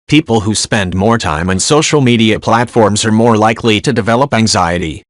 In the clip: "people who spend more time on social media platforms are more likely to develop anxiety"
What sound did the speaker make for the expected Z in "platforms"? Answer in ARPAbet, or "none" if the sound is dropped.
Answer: Z